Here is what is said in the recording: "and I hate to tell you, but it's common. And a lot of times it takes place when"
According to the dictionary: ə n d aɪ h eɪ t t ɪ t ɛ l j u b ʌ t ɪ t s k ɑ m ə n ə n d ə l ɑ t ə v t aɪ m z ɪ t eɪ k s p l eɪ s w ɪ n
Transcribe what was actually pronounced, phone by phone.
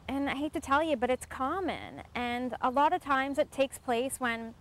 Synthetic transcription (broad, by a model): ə n aɪ h eɪ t t ɪ t ɛ l j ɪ b ʌ t ɪ t s k ɑ m ə n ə n ə l ɑ t ə v t aɪ m z ɪ t eɪ k s p l eɪ s w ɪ n